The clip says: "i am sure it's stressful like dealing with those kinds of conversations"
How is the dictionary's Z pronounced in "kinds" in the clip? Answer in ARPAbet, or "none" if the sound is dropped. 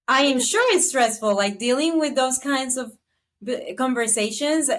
Z